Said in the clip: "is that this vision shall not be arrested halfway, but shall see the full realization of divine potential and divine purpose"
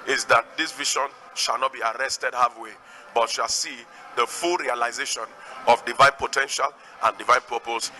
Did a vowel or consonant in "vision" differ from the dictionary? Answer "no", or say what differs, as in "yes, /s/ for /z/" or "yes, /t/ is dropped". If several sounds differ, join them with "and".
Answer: yes, /ʃ/ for /ʒ/